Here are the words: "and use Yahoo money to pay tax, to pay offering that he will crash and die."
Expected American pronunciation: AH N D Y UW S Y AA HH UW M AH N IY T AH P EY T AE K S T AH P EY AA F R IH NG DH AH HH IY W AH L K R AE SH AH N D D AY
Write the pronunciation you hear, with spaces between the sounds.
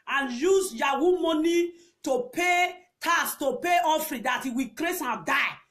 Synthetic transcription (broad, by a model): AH N Y UW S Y AA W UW M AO N IY T AH P EY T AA S T AH P EY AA F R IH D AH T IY W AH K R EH S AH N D D AY